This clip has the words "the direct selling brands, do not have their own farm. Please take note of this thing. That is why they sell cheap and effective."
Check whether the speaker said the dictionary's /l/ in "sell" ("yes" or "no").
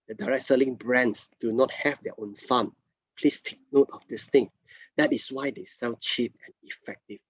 no